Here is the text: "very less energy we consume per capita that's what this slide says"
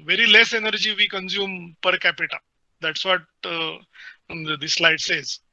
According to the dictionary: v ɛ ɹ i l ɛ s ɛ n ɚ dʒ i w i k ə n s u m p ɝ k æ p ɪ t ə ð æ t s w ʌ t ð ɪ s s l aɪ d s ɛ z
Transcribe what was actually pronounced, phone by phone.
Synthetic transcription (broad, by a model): v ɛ ɹ i l ɛ s ɛ n ɚ dʒ i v i k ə n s u m p ɝ k æ p ɪ t ə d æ t s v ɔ t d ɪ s s l aɪ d s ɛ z